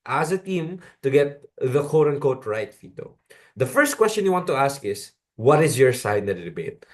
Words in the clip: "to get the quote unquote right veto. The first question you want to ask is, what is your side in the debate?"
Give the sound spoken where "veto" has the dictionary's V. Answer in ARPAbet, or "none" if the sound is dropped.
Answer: F